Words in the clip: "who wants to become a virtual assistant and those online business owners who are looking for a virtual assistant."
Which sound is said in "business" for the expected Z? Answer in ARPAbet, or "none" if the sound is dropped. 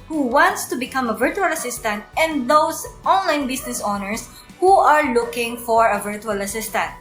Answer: S